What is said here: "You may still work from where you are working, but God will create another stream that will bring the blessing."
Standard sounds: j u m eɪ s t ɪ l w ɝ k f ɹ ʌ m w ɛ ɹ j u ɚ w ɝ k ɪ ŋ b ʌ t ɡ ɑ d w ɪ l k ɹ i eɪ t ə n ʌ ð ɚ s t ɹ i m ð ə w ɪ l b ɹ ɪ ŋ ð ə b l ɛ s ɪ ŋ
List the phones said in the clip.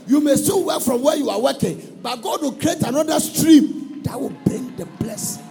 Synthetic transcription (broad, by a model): j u m eɪ s t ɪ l w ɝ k f ɹ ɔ m w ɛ j u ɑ w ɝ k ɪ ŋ b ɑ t ɡ ɑ d w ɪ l k ɹ i eɪ t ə n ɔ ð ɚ s t ɹ i m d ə w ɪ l b ɹ ɪ ŋ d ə b l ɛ s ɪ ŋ